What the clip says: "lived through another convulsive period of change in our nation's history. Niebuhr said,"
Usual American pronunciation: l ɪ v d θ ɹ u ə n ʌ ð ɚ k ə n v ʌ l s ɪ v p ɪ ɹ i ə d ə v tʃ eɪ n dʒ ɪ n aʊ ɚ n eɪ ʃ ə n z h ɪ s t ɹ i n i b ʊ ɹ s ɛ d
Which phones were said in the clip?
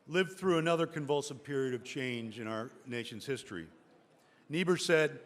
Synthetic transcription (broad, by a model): l ɪ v θ ɹ u ə n ʌ ð ɚ k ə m v ʌ l s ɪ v p ɪ ɹ i ə d ə v tʃ eɪ n dʒ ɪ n aʊ ɚ n eɪ ʃ ə n z h ɪ s t ɹ i n i b ʊ ɹ s ɛ d